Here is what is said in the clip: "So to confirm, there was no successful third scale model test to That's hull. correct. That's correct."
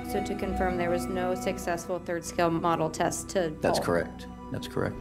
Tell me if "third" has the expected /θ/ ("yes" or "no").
yes